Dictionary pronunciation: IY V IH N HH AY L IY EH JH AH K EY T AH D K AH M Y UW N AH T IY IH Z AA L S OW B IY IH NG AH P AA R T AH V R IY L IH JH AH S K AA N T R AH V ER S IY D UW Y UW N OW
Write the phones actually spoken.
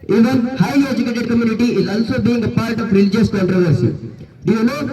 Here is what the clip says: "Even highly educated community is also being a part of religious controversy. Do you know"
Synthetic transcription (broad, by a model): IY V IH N HH AY IY JH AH K EY T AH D K AH M Y UW N AH T IY IH Z AA L S OW B IY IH NG AH P AA R T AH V R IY L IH JH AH S K AA N T R AH V ER S IY D UW Y UW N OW